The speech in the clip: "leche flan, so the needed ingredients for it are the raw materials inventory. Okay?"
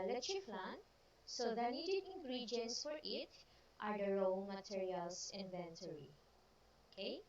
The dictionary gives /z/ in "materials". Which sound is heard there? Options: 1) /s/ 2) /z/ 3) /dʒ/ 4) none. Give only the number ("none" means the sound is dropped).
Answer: 1